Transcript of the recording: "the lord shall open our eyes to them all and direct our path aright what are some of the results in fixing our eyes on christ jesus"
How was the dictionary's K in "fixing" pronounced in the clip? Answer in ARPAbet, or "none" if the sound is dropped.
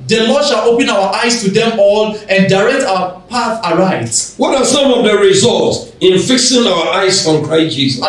K